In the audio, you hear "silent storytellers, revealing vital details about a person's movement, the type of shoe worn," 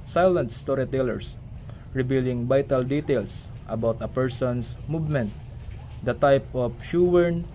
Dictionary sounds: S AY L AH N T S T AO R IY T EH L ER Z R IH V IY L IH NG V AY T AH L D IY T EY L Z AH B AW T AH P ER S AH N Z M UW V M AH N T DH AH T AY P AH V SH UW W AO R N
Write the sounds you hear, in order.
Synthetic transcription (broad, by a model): S AY L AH N T S T AO R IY T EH L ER S R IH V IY L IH NG B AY T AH L D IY T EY L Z AH B AW T AH P ER S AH N S M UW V M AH N T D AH T AY P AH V SH UW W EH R N